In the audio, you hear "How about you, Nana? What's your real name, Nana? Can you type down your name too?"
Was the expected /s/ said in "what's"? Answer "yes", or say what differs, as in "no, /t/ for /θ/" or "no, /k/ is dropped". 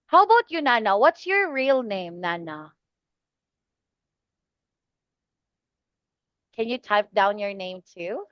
yes